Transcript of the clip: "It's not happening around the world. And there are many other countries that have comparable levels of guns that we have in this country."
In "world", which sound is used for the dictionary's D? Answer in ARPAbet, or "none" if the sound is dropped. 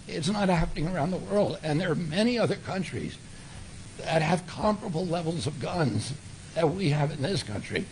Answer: D